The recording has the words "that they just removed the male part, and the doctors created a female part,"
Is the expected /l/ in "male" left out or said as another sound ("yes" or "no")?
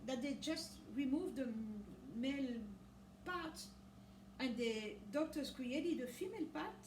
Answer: no